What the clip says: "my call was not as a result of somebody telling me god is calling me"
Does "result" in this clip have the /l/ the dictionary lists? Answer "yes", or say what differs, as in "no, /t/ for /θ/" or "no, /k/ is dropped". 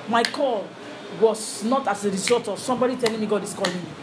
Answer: no, /l/ is dropped